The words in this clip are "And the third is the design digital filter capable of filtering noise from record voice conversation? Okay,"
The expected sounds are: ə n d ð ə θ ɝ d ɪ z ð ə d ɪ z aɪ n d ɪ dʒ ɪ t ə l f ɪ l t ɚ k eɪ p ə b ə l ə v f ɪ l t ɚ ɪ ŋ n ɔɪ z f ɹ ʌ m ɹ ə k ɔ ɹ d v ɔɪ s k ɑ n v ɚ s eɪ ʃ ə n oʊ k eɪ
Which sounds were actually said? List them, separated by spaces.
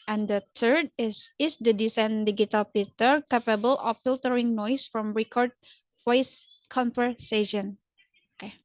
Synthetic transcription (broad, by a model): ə n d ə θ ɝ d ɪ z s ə d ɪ s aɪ n d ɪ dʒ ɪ t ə l p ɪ t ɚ k eɪ p ə b ə l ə f f ɪ l t ɚ ɪ ŋ n ɔɪ s f ɹ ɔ m ɹ ə k ɔ ɹ d f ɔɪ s k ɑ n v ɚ s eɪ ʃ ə n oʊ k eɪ